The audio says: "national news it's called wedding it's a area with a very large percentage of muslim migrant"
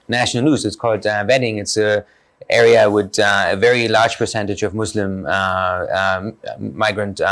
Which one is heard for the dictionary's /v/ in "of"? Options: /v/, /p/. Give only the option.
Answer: /v/